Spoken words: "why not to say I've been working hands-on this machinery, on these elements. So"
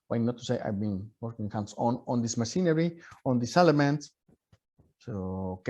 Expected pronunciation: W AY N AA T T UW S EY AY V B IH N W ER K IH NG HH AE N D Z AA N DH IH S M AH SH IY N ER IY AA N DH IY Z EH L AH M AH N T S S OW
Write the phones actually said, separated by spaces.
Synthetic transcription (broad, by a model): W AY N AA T T UW S EY AY V B IH N W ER K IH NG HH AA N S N AA N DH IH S M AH S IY N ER IY AA N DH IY S EH L AH M AH N T S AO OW